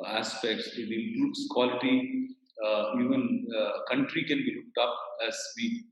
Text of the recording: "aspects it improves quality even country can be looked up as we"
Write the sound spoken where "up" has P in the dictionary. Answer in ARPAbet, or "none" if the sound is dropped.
P